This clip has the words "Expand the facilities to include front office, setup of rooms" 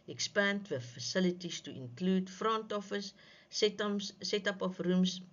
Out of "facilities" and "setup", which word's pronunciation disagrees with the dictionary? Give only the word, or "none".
facilities